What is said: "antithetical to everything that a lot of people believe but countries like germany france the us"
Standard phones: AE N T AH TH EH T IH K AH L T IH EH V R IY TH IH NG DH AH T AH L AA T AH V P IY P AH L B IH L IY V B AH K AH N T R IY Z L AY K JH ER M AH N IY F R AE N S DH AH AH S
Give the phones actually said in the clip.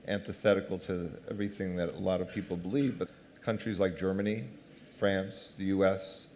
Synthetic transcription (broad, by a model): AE N T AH TH EH T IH K L T IH EH V R IY TH IH NG DH AH T AH L AA T AH V P IY P L B IH L IY V B AH K AH N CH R IY Z L AY K JH ER M AH N IY F R AE N S DH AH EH S